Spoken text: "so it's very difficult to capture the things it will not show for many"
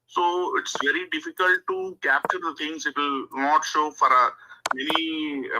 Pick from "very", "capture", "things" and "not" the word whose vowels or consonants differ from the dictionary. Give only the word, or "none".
things